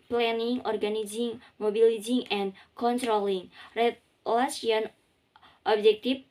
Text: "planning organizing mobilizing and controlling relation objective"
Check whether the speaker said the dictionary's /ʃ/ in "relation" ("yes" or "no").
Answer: no